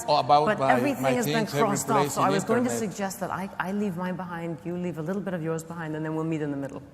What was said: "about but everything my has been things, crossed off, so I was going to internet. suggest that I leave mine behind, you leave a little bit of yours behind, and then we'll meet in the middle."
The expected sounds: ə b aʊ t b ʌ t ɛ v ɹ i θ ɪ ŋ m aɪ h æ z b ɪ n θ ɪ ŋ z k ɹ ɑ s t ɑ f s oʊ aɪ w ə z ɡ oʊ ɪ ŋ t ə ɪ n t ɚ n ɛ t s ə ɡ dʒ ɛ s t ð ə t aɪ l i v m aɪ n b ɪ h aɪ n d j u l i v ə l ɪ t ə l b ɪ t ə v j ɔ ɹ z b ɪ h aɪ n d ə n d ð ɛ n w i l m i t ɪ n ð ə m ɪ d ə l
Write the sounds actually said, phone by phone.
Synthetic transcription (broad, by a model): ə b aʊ b ʌ t ɛ v ɹ i θ ɪ ŋ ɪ z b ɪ n k ɹ ɑ s t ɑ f s oʊ aɪ w ə z ɡ oʊ ɪ ŋ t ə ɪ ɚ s s ə ɡ dʒ ɛ s t ð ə t aɪ l i v m aɪ b ɪ h aɪ n d j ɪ l i v ə l ɪ t l b ɪ t ə v j ɔ ɹ z b ɪ h aɪ n d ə n ð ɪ n w i l m i t ɪ n ð ə m ɪ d l